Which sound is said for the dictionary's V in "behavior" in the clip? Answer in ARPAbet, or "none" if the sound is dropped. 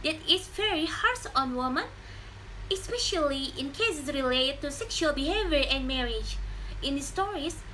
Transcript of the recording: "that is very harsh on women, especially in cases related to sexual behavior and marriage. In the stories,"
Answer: V